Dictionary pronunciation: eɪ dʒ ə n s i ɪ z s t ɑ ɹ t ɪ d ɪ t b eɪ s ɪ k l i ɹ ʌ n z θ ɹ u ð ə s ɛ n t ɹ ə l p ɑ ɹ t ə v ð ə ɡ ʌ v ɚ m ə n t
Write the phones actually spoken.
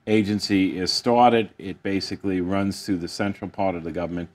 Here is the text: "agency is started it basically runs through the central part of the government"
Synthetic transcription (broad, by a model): eɪ dʒ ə n s i ɪ z s t ɑ ɹ t ɪ d ɪ t b eɪ s ɪ k l i ɹ ʌ n z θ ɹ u ð ə s ɛ n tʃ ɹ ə l p ɑ ɹ t ə v ð ə ɡ ʌ v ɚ m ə n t